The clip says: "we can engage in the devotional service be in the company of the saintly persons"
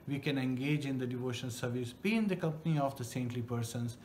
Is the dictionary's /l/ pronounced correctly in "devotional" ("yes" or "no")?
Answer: no